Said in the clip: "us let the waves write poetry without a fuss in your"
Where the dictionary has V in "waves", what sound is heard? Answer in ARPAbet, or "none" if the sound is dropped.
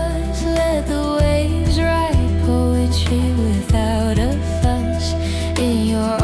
none